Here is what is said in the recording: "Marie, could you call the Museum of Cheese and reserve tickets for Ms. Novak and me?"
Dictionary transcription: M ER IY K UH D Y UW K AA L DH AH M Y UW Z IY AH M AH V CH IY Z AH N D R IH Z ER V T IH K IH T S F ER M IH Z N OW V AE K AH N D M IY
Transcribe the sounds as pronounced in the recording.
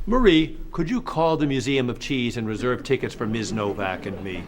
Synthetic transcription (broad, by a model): M ER IY K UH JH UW K AA L DH AH M Y UW Z IY AH M AH V CH IY Z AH N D R IH Z ER V T IH K IH T S F ER M IH Z N OW V AE K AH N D M IY